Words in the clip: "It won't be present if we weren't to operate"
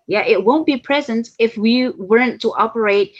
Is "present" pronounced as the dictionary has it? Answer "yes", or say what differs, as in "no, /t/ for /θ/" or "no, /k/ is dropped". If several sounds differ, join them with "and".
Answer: yes